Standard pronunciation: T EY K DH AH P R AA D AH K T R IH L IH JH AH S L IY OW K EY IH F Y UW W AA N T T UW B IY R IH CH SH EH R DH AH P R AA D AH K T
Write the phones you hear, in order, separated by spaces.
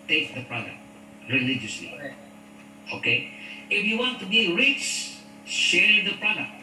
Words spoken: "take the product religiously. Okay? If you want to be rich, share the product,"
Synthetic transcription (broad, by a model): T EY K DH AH P R AA D AH K T R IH L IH JH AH S L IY OW K EY IH F Y UW W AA N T T UW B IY R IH S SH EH R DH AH P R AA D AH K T